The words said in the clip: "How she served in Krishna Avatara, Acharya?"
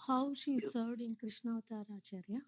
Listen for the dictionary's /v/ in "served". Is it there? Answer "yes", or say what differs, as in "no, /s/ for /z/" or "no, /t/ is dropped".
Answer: no, /v/ is dropped